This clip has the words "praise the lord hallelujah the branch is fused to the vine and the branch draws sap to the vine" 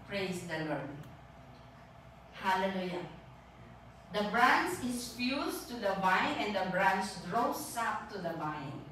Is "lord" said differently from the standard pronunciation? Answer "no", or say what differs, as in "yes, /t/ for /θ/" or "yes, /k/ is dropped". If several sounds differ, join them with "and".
no